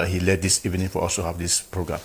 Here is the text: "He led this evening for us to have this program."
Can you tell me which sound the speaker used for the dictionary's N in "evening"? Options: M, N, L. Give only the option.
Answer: N